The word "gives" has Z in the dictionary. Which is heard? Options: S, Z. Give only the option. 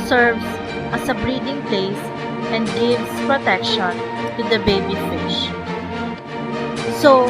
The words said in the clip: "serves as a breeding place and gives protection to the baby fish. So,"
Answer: S